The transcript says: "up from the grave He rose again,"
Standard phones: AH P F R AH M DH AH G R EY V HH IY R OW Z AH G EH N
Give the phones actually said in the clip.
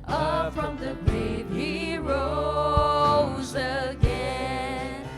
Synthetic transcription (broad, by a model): AH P F R AH M DH AH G R EY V HH IY R OW Z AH G EH N